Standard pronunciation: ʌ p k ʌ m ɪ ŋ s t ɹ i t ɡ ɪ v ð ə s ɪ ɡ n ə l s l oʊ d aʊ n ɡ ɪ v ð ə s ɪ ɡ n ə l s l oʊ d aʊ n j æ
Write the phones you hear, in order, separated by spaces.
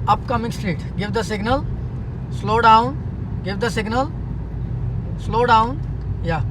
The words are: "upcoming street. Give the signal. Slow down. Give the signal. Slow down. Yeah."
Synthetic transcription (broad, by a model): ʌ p k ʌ m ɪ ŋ s t ɹ i t ɡ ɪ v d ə s ɪ ɡ n ə l s l oʊ d aʊ n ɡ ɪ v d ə s ɪ ɡ n ə l s l oʊ d aʊ n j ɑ